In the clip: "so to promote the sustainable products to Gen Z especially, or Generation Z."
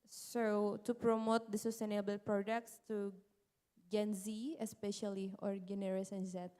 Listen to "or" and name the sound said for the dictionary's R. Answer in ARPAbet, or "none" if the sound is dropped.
R